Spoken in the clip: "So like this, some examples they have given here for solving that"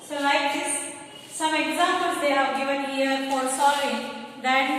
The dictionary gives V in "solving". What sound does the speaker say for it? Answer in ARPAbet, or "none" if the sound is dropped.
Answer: none